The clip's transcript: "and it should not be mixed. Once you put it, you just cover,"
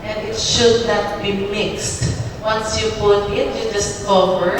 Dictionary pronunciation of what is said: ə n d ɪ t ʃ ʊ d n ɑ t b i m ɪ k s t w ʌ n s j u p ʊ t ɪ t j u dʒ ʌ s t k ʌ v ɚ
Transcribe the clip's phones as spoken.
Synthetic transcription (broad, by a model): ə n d ɪ t ʃ ʊ d n ɑ t b i m ɪ k s t w ʌ n s j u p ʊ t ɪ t j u dʒ ʌ s t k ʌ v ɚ